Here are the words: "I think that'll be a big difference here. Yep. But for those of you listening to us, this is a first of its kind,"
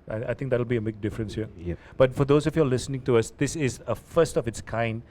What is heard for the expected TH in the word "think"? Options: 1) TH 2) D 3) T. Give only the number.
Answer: 3